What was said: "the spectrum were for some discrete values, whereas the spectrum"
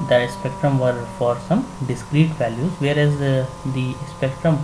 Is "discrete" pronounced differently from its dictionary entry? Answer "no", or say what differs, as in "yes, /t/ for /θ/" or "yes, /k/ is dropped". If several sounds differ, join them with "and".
no